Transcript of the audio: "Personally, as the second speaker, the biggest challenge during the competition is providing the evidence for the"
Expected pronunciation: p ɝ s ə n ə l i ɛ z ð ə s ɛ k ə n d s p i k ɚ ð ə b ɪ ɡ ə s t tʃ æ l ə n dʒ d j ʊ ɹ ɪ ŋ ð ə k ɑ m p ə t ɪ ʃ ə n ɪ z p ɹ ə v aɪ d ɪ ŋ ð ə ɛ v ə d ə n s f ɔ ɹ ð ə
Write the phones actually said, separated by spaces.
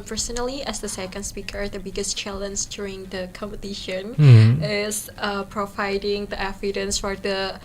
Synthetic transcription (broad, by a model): p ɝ s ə n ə l i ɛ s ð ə s ɛ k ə n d s p i k ɚ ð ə b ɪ ɡ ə s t tʃ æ l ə n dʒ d j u ɹ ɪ ŋ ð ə k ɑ m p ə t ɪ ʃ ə n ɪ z p ɹ ə v aɪ d ɪ ŋ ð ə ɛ f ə d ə n s f ɔ ɹ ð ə